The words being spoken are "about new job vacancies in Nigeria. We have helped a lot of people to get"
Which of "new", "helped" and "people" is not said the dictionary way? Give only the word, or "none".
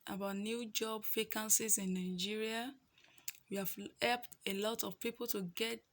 none